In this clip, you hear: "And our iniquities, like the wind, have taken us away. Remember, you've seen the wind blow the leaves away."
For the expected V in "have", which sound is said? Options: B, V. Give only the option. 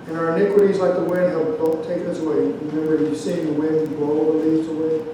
B